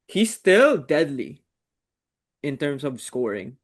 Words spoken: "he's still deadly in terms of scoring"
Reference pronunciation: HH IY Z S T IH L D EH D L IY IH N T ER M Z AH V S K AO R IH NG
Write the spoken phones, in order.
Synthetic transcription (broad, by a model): HH IY S T IH L D EH D L IY IH N T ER M S AH V S K AO R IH NG